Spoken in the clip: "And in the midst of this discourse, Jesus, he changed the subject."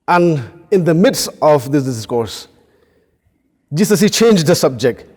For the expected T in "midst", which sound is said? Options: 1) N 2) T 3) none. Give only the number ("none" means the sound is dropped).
2